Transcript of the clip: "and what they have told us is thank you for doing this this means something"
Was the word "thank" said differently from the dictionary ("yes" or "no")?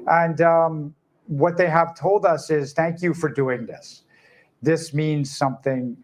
no